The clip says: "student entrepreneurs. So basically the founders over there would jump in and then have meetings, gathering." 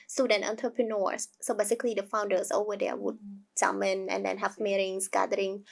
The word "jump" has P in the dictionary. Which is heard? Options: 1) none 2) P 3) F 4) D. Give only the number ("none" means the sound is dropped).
1